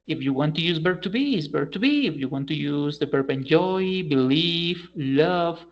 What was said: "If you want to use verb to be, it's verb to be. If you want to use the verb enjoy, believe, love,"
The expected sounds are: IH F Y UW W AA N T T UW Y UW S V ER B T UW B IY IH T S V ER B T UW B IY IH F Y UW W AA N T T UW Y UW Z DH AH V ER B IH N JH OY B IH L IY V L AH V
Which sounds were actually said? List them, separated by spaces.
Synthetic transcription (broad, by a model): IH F Y UW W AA N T T UW Y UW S B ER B T UW B IY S B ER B T UW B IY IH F Y UW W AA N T T UW Y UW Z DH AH B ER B IH N JH OY B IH L IY F L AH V